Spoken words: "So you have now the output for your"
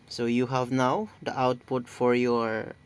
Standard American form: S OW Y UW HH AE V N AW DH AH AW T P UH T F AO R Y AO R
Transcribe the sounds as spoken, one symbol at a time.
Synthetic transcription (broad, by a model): S OW Y UW HH AE V N AW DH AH AW T P UH T F AO R Y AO R